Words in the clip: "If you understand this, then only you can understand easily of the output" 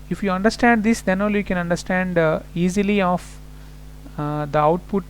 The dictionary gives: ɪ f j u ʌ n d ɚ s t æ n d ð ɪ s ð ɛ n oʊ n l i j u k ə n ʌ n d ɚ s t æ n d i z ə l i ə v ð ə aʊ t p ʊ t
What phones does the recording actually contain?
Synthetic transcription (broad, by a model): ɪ f j u ʌ n d ɚ s t æ n d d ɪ s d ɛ n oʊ l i j u k ə n ʌ n d ɚ s t æ n d i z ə l i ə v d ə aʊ t p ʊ t